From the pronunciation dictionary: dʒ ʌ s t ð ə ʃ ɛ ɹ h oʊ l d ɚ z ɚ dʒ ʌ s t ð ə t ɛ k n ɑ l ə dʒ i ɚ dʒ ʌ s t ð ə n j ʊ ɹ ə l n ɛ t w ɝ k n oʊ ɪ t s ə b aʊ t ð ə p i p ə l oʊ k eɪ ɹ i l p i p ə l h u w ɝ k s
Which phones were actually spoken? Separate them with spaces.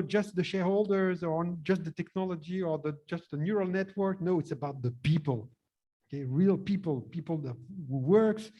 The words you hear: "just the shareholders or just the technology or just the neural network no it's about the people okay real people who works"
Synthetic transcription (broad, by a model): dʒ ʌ s t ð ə ʃ ɛ ɹ h oʊ l d ɚ z ɚ dʒ ʌ s t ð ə t ɛ k n ɑ l ə dʒ i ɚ dʒ ʌ s t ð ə n j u ɹ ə l n ɛ t w ɝ k n oʊ ɪ t s ə b aʊ t ð ə p i p ə l oʊ k eɪ ɹ i l p i p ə l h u w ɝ k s